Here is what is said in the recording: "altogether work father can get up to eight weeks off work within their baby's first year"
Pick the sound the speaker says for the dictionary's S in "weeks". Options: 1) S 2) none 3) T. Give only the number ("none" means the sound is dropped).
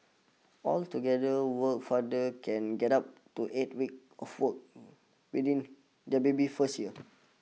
2